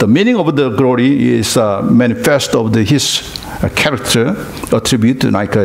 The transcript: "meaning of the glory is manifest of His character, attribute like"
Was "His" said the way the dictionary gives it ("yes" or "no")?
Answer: no